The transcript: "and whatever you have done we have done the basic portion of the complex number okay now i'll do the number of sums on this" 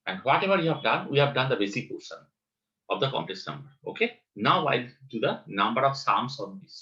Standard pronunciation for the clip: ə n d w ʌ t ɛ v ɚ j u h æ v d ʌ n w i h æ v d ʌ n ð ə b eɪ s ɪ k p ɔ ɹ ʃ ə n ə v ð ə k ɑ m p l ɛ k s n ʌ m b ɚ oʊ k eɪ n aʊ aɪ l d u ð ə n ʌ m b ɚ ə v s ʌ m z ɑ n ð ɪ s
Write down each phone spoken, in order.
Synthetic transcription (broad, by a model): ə n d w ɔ t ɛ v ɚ j u h æ v d ʌ n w i h æ v d ʌ n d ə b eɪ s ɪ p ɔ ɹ s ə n ə v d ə k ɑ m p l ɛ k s n ʌ m b ɚ oʊ k eɪ n aʊ aɪ l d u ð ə n ʌ m b ɚ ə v s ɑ m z ɑ n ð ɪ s